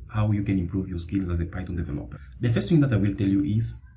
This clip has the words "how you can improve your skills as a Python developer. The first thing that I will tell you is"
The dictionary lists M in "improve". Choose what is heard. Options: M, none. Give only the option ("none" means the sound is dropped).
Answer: M